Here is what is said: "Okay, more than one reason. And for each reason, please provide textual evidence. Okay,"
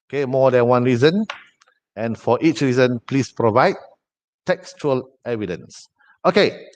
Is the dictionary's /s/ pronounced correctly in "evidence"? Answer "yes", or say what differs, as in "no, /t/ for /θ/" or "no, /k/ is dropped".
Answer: yes